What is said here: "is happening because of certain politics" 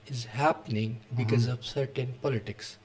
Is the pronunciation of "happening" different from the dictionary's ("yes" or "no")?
no